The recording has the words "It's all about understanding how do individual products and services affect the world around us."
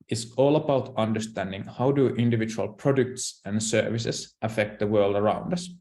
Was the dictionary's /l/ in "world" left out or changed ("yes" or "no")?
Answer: no